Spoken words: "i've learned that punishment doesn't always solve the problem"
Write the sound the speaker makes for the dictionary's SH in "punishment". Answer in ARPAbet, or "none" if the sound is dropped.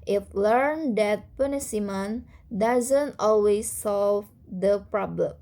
S